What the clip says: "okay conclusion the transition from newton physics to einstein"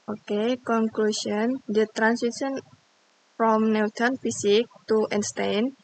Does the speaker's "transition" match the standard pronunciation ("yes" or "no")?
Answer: no